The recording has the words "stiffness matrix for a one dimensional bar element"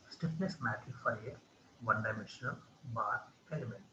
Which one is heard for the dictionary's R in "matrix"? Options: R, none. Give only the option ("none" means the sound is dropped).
none